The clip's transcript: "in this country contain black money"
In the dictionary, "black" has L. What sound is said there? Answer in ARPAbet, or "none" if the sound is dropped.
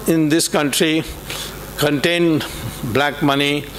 L